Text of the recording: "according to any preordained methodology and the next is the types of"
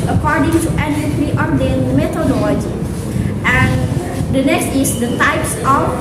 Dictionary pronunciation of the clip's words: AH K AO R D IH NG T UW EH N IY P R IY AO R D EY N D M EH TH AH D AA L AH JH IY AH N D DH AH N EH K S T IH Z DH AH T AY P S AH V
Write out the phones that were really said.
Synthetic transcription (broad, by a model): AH K AO R D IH NG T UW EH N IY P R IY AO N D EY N M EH T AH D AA L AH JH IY AH N D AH N EH K S T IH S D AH T AY P S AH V